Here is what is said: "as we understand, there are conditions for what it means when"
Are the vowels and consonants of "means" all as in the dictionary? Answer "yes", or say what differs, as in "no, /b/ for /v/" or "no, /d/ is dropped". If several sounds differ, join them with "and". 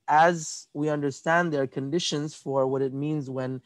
yes